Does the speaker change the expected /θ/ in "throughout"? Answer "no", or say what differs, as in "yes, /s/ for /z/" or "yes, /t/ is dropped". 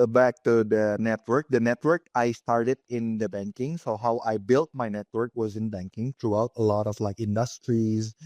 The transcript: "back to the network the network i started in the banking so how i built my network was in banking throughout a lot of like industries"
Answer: yes, /t/ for /θ/